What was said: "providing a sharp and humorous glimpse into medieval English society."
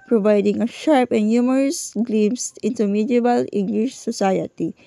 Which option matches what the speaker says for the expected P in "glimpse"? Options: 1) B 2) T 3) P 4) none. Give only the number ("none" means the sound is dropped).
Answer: 4